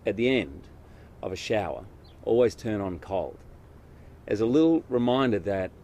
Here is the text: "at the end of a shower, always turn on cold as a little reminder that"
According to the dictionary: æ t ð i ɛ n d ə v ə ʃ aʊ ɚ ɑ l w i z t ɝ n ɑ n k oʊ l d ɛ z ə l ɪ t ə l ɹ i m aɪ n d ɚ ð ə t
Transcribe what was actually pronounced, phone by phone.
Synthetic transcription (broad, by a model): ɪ t ð i ɛ n d ə v ə ʃ aʊ ɚ ɑ l w i z t ɝ n n k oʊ l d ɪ z ə l ɪ t l ɹ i m aɪ n d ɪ ð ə t